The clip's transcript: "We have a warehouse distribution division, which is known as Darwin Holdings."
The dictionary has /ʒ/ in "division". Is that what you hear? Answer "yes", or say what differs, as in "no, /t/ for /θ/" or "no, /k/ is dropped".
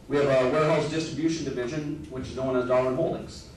yes